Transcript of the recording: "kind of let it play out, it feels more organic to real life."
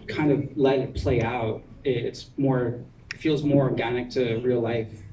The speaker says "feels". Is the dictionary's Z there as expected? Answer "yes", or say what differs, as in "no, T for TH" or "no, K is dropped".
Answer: yes